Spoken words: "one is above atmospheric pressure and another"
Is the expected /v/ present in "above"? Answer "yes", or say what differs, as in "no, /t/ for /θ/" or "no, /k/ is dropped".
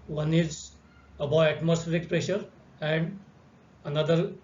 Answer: no, /v/ is dropped